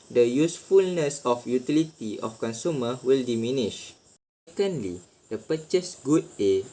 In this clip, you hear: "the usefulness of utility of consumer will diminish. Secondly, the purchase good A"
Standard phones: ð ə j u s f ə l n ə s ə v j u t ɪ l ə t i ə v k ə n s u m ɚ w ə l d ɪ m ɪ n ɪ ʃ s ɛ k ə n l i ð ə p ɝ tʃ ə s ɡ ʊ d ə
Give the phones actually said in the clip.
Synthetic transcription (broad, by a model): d ə j u s f ə l n ə s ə f j u t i l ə t i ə f k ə n s u m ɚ w ə l d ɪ m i n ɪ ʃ s ɛ k ə n l i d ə p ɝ tʃ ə s ɡ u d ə